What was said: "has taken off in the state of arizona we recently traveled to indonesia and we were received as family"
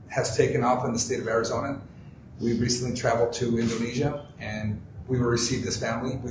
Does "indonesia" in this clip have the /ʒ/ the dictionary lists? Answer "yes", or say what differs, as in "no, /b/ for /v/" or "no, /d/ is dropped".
yes